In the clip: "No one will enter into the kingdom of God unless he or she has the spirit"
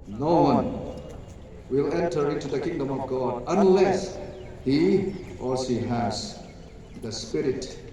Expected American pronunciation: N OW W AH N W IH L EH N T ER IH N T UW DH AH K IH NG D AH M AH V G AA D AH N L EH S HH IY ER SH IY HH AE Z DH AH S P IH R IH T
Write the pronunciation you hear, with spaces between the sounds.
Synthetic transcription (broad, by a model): N OW W AH N W IH L EH N T ER IH N T UW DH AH K IH NG D AH M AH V G AA D AH N L EH S HH IY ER S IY HH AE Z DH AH S P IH R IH T